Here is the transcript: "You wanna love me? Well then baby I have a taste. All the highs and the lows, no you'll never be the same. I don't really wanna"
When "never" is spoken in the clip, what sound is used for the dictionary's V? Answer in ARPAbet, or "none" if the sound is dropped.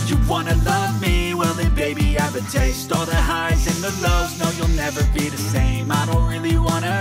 V